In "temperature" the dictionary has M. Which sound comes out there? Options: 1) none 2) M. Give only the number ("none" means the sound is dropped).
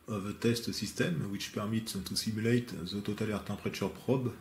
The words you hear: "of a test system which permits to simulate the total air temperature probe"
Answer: 1